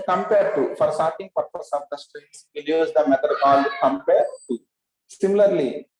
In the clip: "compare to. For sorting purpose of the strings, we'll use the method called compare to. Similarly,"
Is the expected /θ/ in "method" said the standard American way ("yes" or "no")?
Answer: no